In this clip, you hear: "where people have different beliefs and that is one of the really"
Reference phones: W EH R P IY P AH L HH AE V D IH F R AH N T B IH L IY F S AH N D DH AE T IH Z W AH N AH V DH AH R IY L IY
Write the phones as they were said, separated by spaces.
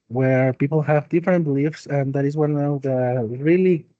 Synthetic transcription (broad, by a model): W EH R P IY P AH L HH AE V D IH F R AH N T B IH L IY F S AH N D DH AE T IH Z W AH N AH V DH AH R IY L IY